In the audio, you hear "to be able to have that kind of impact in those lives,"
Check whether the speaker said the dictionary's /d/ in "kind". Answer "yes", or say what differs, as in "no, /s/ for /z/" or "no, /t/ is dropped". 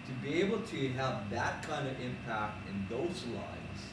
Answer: yes